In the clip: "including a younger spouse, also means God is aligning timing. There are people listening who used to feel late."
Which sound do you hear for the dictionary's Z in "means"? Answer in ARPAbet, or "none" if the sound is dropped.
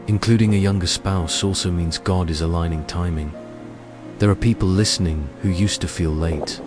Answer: Z